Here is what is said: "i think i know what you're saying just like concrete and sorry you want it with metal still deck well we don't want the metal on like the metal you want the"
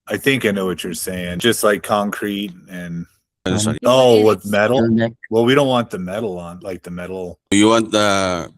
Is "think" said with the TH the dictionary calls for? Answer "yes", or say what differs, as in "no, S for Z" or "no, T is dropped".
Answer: yes